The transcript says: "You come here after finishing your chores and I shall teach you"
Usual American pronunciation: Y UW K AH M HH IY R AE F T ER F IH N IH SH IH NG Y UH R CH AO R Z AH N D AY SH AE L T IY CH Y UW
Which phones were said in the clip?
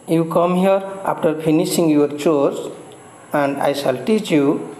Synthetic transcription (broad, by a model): Y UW K AH M HH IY R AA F T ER P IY N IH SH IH NG Y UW R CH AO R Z AH N D AY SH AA L T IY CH Y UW